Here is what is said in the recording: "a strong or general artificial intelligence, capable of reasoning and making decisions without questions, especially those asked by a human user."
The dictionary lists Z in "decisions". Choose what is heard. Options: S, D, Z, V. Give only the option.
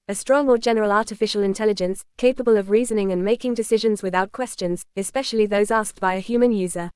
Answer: Z